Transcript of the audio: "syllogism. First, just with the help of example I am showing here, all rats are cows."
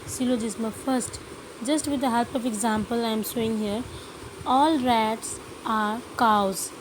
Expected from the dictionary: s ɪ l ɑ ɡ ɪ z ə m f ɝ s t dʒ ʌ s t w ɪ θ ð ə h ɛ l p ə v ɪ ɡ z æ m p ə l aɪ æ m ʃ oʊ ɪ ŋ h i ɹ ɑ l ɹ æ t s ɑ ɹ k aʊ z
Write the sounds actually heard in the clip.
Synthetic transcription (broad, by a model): s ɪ l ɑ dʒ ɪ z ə f ɝ s t dʒ ʌ s t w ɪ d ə h ɛ l p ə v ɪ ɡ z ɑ m p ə l aɪ m s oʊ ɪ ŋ h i ɹ ɑ l ɹ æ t s ɑ ɹ k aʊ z